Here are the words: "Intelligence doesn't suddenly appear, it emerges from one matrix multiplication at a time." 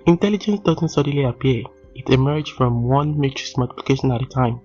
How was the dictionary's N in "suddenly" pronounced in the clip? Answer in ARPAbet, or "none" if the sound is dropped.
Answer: none